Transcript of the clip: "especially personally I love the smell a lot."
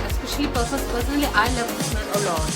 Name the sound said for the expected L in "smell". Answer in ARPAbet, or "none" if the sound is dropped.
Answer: N